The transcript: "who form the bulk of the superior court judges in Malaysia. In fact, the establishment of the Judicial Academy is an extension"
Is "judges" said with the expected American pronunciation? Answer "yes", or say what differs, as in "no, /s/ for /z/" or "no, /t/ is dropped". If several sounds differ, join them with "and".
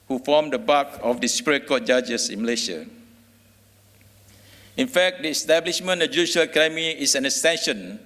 no, /s/ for /z/